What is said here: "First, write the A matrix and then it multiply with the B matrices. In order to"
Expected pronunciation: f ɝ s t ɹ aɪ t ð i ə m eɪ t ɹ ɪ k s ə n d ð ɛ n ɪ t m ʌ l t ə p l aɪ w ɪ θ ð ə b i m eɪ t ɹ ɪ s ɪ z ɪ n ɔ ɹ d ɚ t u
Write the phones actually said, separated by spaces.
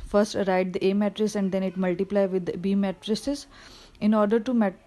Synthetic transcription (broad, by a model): f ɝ s t ɹ aɪ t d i ə m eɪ t ɹ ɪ s ə n d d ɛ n ɪ t m ʌ l t ə p l aɪ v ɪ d b i m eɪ t ɹ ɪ s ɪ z ɪ n ɔ ɹ d ɚ t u